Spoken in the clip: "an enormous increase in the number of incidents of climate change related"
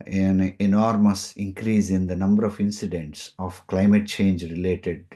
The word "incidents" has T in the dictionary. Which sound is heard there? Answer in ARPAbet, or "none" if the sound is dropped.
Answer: T